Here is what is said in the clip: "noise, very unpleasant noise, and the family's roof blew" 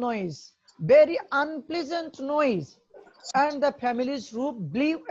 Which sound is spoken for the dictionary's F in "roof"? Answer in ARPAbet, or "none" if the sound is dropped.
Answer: P